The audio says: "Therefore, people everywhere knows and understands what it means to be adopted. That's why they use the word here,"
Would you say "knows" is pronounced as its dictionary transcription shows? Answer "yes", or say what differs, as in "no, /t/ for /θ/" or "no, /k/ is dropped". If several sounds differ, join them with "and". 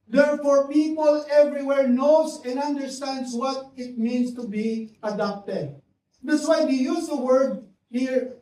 no, /s/ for /z/